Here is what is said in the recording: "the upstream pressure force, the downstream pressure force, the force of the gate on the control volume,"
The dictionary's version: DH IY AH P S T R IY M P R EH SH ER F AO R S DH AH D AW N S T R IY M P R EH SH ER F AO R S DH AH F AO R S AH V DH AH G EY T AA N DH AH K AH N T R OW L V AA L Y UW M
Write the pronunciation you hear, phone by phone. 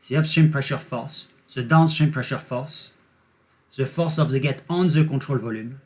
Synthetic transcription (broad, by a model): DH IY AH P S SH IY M P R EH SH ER F AO R S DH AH D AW N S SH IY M P R EH SH ER F AO R S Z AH F AO R S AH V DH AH G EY T AA N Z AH K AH T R OW L V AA L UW M